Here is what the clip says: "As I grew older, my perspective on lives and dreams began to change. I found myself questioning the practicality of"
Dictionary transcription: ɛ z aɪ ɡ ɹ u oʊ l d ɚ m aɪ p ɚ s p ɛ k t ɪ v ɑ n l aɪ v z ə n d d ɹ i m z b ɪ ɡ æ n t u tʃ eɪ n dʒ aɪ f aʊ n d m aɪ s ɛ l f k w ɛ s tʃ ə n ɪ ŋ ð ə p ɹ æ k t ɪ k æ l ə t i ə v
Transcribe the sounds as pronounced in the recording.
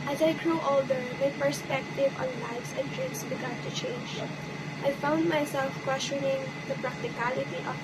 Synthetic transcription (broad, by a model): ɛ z aɪ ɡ ɹ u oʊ l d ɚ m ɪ p ɚ s p ɛ k t ɪ v ɑ n l aɪ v s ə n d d ɹ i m s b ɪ ɡ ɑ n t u tʃ eɪ n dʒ aɪ f aʊ n d m aɪ s ɛ l f k w ɛ s tʃ ə n ɪ ŋ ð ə p ɹ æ k t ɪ k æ l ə t i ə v